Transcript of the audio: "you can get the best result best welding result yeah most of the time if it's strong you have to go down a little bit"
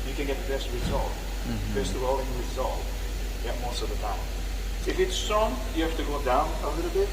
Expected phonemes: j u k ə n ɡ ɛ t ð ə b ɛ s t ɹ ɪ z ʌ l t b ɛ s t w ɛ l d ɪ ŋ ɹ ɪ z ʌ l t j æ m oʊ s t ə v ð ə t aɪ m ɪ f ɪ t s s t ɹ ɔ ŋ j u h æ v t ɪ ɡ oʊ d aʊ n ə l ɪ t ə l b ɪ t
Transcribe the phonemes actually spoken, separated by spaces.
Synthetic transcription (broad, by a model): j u k ə n ɡ ɛ t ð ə b ɛ s t ɹ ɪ z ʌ l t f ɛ s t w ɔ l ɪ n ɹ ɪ z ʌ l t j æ m oʊ s t ə v ð ə t aɪ m ɪ f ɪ t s s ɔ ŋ j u h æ f t ɪ ɡ oʊ d aʊ n ə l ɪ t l b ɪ t